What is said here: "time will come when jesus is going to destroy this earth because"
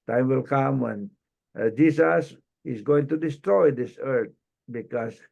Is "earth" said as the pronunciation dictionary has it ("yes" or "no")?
no